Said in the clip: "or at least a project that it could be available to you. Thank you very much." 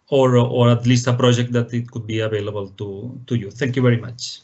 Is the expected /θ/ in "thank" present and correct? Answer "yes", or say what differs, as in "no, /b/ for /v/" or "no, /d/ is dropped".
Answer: no, /t/ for /θ/